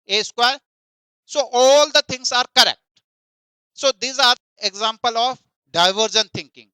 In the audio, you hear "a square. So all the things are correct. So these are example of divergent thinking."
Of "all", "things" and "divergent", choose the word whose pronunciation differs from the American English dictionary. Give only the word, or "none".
things